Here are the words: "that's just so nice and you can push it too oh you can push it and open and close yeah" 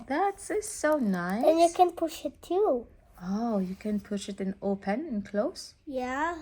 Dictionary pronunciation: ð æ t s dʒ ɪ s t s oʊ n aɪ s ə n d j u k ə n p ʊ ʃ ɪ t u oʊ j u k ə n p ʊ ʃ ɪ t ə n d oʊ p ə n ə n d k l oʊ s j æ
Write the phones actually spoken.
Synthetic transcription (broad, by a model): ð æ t s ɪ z s oʊ n aɪ ə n j u k ə n p ʊ ʃ ɪ t u oʊ j u k ə n p ʊ ʃ ɪ t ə n oʊ p ə n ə n k l oʊ s j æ